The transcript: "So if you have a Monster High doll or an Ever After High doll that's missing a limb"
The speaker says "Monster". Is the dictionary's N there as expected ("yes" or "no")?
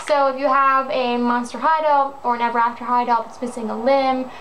yes